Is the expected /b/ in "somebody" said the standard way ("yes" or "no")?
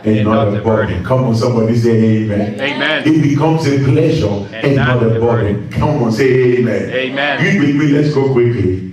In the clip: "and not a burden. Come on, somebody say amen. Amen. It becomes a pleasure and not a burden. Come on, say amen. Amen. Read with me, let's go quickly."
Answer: yes